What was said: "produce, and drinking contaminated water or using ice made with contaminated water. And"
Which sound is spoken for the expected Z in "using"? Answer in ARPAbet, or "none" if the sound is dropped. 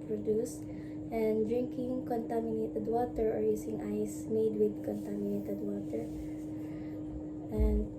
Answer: S